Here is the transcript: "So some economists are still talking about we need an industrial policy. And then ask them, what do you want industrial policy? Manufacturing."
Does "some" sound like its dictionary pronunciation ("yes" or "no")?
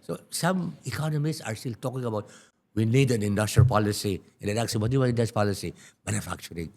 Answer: yes